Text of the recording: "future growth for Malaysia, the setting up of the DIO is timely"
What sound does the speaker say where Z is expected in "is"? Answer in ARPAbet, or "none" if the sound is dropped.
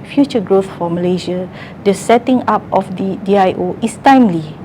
S